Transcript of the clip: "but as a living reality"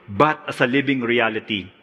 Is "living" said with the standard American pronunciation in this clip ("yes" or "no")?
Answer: no